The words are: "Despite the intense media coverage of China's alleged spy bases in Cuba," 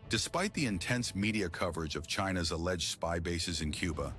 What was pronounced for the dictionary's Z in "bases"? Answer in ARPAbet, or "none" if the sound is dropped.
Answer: Z